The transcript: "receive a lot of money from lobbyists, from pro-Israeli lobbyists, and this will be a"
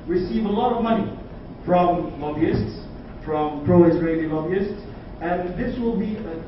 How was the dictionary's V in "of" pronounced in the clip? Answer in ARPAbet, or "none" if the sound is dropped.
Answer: V